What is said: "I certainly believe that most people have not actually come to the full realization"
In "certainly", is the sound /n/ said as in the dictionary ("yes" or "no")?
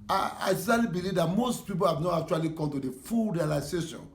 no